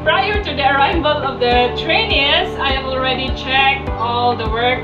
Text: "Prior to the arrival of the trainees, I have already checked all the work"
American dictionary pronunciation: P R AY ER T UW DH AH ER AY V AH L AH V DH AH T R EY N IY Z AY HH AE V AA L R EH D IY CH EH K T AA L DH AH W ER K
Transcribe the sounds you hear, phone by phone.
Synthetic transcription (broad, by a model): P R AY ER T UW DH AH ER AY B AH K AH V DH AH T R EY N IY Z AY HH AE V AA L R EH D IY CH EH K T AA L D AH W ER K